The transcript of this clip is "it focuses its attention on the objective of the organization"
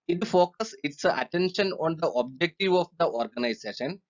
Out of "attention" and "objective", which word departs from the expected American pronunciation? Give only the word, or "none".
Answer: none